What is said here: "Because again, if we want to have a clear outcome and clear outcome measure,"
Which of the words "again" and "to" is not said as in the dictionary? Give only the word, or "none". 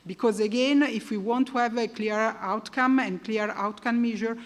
none